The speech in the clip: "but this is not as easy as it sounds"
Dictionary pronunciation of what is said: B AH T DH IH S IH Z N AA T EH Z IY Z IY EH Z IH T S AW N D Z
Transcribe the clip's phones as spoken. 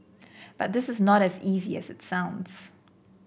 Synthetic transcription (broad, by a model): B AH T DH IH S IH Z N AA T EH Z IY Z IY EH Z IH T S AW N D Z